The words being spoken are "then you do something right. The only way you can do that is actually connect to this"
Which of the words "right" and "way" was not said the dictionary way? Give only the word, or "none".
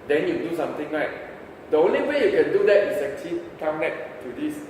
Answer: right